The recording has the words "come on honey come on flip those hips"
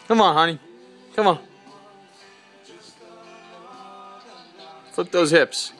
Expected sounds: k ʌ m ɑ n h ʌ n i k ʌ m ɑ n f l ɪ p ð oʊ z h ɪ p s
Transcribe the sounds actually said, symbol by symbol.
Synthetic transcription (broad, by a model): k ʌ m ɑ n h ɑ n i k ʌ m ɑ n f ɪ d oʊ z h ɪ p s